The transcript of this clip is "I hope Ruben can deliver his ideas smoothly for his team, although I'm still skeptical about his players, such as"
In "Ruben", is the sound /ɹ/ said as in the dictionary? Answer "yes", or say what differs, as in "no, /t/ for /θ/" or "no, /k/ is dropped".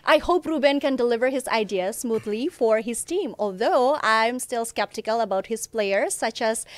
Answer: yes